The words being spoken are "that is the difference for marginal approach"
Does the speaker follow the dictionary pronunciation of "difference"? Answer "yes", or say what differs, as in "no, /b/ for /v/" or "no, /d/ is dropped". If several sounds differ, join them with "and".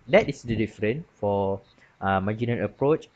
no, /s/ is dropped